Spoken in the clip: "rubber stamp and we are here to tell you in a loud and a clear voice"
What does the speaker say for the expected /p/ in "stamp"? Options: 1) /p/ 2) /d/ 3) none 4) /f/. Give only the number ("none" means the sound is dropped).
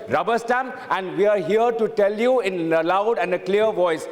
3